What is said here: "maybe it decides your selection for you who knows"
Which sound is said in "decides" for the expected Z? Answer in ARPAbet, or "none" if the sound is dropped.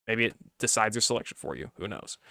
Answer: Z